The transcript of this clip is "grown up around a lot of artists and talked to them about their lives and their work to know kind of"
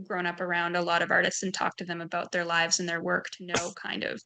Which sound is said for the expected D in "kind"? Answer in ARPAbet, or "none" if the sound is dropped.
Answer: D